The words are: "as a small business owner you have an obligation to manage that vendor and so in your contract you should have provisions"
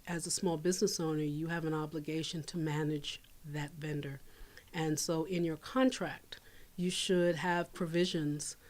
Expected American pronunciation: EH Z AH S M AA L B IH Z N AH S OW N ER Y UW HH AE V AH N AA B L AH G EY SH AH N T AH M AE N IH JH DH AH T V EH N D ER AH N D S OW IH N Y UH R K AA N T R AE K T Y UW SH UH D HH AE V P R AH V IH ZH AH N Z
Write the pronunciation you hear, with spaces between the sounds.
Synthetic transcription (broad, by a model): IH Z AH S M AA L B IH Z N AH S OW N ER Y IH V AH N AA B L AH G EY SH AH N T AH M AE N IH JH DH AH T V EH N D ER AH N S OW IH N Y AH R K AA N T R AE K T Y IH SH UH D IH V P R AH V IH ZH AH N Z